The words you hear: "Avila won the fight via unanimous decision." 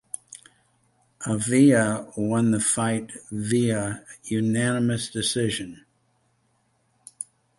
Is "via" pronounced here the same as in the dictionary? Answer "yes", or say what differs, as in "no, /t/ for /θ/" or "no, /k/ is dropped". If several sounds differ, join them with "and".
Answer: yes